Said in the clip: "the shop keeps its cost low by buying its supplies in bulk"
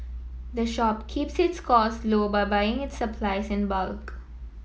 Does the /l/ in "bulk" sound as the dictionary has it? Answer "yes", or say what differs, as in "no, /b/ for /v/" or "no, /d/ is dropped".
yes